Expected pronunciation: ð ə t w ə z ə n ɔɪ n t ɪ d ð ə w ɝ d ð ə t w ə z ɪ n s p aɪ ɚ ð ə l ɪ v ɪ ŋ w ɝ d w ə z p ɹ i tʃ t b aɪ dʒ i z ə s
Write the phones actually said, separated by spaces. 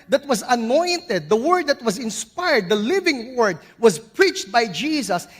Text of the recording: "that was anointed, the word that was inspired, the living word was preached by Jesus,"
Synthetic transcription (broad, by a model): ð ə t w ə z ə n ɔɪ n t ɪ d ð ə w ɝ d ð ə t w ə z ɪ n s p aɪ ɚ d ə l ɪ v ɪ ŋ w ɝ d w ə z p ɹ i tʃ t b aɪ dʒ i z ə s